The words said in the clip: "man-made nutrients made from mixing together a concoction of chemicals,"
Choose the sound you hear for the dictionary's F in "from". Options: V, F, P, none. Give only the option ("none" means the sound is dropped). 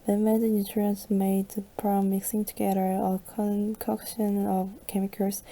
P